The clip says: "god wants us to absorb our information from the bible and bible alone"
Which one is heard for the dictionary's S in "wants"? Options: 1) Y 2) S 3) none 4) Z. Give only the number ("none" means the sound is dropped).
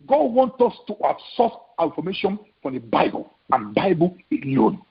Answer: 3